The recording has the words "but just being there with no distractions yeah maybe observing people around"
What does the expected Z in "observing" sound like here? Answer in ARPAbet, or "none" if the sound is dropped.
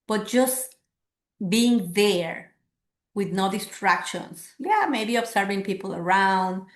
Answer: S